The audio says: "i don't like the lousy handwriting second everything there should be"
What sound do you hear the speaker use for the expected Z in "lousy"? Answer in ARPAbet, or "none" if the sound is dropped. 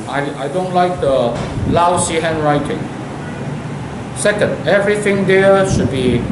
S